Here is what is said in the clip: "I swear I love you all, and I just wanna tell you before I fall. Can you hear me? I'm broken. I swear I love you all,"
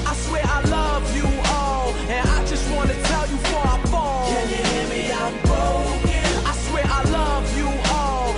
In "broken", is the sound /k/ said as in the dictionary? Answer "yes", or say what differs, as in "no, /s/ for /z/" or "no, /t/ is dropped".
no, /k/ is dropped